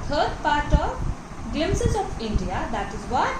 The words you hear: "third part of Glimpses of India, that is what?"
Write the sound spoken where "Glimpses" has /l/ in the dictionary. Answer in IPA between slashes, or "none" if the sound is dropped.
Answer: none